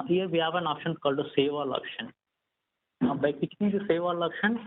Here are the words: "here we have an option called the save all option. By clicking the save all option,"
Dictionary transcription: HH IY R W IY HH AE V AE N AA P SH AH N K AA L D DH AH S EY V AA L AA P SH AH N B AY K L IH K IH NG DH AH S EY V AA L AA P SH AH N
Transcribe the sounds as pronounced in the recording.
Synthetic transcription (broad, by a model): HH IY R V IY HH AE V AE N AA P SH AH N K AA L D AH S EY V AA L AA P SH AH N B AY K IH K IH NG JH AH S EY V AA L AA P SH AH N